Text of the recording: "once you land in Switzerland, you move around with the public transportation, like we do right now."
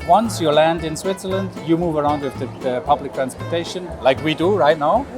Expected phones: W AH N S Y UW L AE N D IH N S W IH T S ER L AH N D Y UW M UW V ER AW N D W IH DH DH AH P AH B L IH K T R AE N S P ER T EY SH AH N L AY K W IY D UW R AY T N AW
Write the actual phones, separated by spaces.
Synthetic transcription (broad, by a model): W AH N S Y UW L AE N D IH N S W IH T S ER L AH N D Y UW M UW V ER AW N D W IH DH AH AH P AH B L IH K T R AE N S P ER T EY SH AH N L AY K W IY D UW R AY T N AW